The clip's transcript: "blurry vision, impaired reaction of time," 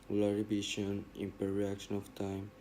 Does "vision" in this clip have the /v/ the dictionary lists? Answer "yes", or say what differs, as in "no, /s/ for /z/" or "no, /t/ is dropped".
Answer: no, /b/ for /v/